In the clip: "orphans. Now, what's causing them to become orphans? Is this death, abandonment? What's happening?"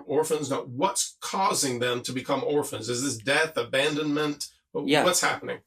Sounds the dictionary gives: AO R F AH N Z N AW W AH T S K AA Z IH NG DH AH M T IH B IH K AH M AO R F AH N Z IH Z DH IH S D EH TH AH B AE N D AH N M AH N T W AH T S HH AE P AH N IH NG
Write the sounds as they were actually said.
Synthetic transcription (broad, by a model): AO R F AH N Z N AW W AH T S K AA Z IH NG DH AH M T IH B IH K AH M AO R F AH N Z IH Z DH IH S D EH TH AH B AE N D AH N M AH N T W AH T S HH AE P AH N IH NG